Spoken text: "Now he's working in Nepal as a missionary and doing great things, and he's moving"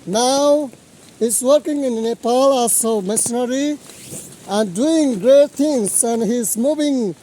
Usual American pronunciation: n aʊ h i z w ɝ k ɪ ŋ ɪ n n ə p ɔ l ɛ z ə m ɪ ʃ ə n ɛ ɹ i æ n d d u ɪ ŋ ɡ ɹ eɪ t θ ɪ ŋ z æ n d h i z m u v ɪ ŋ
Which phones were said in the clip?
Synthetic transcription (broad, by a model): n aʊ h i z w ɝ k ɪ ŋ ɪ n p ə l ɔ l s ə m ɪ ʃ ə n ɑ ɹ i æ n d d u ɪ ŋ ɡ ɹ eɪ t t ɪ ŋ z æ n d h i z m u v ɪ ŋ